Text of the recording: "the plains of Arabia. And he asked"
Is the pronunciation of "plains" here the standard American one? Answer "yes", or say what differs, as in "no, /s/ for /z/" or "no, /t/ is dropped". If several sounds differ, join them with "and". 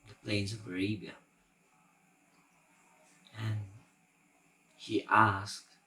yes